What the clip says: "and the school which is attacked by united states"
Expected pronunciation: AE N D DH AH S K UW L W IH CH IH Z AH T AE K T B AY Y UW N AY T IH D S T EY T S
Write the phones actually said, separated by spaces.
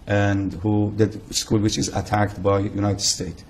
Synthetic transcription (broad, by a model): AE N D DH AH S K UW L W IH CH IH Z AH T AE K T B AY Y UW N AY T IH D S T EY T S